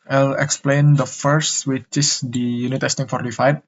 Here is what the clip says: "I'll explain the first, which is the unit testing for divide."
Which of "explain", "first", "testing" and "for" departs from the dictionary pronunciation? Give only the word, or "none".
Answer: none